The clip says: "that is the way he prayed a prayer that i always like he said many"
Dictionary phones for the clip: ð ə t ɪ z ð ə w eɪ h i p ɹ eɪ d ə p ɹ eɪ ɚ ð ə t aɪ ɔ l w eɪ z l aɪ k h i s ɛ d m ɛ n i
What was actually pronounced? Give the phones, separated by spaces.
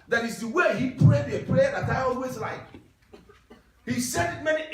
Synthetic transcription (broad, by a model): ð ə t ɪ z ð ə w eɪ h i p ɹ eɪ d ə p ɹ eɪ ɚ ð ə t aɪ ɔ l w eɪ z l aɪ k h i s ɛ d m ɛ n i